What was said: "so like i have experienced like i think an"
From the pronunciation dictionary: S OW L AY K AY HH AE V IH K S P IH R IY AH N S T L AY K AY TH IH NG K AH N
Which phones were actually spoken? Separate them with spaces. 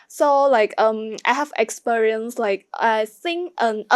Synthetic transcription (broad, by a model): S OW L AY K AY HH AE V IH K S P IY R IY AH N S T L AY K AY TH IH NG AH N